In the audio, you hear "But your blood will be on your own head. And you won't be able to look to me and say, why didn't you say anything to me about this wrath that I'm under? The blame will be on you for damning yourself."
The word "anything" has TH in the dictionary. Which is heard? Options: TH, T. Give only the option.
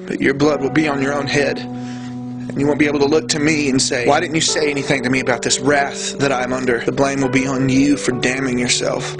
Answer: TH